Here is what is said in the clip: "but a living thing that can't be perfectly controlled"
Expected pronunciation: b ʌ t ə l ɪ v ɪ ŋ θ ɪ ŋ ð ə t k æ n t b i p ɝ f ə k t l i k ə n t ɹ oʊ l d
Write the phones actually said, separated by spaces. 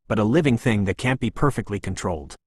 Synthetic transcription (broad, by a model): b ʌ t ə l ɪ v ɪ ŋ θ ɪ ŋ ð ə t k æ n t b i p ɝ f ə k t l i k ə n t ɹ oʊ l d